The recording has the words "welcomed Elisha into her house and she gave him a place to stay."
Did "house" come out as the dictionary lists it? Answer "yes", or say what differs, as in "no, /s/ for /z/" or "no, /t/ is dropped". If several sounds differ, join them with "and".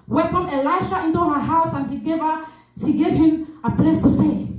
yes